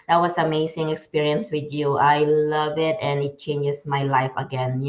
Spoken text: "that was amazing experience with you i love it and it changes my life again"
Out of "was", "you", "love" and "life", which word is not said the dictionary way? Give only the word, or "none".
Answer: was